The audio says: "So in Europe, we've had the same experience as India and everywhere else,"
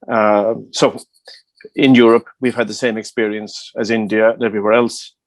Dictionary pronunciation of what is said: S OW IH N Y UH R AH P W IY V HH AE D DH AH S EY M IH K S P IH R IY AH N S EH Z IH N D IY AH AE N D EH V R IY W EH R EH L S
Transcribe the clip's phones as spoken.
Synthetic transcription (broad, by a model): S OW IH N Y UH R AH P W IY V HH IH D DH AH S EY M IH K S P IH R IY AH N S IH Z IH N D IY AH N EH V R IY W EH R EH L S